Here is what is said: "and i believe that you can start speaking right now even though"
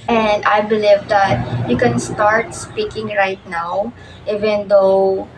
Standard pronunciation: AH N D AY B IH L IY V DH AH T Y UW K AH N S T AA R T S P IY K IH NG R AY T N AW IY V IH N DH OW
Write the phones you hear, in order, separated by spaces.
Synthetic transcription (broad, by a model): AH N D AY B IH L IY V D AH T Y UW K AH N S T AA R T S P IY K IH NG R AY T N AW IY V IH N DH OW